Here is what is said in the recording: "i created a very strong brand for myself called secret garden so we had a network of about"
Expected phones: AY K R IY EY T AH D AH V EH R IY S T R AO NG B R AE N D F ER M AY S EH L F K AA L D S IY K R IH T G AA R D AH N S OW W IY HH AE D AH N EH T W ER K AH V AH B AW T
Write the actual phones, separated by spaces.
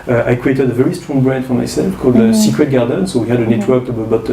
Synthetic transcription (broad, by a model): AY K R IY EY T AH D AH V EH R IY S T R AO NG B R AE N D F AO M AY S EH L F K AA L D S IY K R IH T G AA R D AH N S OW W IY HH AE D AH N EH T W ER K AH B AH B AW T